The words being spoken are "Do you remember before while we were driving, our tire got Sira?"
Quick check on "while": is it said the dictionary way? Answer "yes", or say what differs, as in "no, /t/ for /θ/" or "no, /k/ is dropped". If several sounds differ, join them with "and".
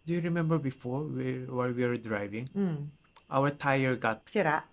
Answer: no, /w/ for /l/